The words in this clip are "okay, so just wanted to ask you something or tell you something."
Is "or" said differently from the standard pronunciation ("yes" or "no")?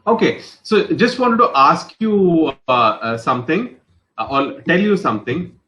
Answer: yes